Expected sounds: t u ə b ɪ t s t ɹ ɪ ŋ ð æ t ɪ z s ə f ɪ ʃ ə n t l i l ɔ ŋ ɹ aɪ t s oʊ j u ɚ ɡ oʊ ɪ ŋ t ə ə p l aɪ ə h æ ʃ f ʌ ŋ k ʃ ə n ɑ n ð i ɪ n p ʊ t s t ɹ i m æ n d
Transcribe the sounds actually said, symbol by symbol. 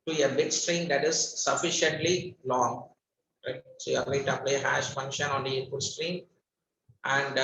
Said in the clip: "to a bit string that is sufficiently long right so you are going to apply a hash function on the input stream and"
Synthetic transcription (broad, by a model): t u ə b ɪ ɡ s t ɹ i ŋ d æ t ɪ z s ə f ɪ ʃ ə n t l i l ɔ ŋ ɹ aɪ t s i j ɚ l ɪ t ə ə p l ə h æ ʃ f ʌ ŋ k ʃ ə n ɑ n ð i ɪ p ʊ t s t ɹ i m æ n d